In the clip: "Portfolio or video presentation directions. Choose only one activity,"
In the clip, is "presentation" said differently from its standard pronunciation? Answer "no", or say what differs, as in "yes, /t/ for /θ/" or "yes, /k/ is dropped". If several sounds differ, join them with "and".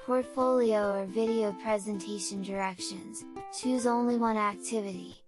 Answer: no